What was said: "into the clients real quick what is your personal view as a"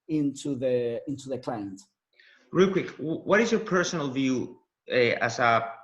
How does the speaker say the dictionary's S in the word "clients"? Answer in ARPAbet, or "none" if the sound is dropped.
none